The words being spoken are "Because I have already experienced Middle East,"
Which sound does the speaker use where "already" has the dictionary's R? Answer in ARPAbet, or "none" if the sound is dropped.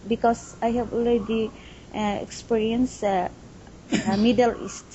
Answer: L